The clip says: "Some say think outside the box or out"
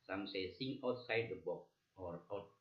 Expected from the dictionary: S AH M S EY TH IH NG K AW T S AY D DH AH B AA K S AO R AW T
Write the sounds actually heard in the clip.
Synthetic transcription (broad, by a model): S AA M S EY S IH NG AW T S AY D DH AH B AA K AO R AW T